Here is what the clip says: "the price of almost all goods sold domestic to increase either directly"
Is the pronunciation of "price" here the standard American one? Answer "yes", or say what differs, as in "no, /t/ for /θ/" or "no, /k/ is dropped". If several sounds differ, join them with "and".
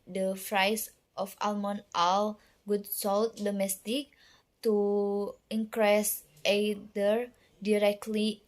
no, /f/ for /p/